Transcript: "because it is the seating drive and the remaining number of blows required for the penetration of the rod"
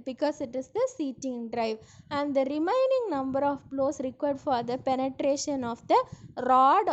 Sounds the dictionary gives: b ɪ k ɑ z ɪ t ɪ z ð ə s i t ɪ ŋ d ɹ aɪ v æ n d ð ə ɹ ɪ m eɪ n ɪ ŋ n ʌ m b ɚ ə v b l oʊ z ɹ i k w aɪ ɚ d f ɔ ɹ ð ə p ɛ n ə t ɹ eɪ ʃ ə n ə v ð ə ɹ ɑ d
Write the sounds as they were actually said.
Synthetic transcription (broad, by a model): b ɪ k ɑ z ɪ t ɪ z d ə s i t ɪ ŋ d ɹ aɪ v æ n d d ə ɹ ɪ m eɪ n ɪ ŋ n ʌ m b ɚ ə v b l oʊ s ɹ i k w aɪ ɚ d f ɔ ɹ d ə p ɛ n ə t ɹ eɪ ʃ ə n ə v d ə ɹ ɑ d